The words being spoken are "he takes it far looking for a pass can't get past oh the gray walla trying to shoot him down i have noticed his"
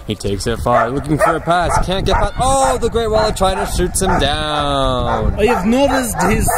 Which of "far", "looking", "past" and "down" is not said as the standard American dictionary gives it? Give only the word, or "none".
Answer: past